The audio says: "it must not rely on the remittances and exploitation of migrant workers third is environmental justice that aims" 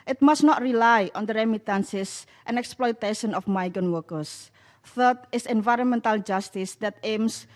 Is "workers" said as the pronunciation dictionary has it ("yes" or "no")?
no